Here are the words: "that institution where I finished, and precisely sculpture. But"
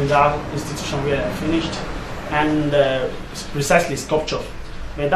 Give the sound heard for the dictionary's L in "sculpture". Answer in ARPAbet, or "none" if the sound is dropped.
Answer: none